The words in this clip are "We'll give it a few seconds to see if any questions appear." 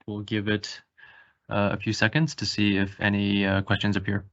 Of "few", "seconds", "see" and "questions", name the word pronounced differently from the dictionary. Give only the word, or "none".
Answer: none